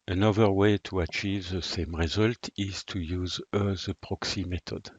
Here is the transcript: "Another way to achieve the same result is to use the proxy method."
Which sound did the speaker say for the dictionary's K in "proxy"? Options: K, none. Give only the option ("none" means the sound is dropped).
K